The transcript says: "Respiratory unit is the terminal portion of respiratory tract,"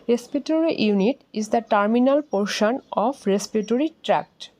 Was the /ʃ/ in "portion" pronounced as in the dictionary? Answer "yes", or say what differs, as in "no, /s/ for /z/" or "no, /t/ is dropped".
yes